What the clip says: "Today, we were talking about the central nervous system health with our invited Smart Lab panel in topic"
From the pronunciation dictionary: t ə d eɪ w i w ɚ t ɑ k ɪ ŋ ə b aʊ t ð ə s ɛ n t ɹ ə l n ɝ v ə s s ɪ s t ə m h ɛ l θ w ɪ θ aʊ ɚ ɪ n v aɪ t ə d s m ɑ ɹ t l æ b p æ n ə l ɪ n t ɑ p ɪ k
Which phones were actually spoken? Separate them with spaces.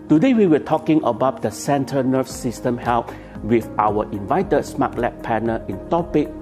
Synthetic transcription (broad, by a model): t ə d eɪ w i w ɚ t ɑ k ɪ ŋ ə b aʊ t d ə s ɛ n t ə n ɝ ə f s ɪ s t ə m h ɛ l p w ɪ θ aʊ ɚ ɪ n v aɪ t ə d s m ɑ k l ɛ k p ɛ n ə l ɪ n t ɑ p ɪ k